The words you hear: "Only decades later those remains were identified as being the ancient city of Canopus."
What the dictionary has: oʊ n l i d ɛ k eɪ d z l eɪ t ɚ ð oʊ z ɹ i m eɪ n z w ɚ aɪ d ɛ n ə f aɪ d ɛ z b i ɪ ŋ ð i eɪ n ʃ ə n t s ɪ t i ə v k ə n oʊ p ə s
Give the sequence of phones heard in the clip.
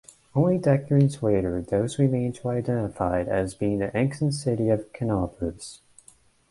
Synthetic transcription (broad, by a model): oʊ n l i d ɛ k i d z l eɪ t ɚ ð oʊ z w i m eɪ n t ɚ aɪ d ɛ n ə f aɪ d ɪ z b i ɪ ŋ ð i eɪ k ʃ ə n s ɪ t i ə v k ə n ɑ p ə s